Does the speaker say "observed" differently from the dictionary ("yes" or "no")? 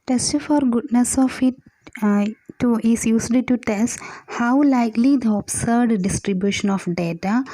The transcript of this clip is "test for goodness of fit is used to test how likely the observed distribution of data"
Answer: yes